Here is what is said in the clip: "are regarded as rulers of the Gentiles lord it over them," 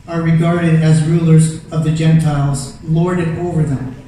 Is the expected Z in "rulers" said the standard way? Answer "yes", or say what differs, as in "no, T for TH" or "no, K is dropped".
yes